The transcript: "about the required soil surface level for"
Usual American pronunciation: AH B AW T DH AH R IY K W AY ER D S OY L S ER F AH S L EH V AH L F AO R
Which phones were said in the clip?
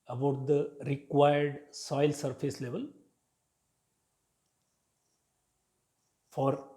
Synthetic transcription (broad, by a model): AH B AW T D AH R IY K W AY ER D S OY L S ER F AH S L EH V AH L F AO R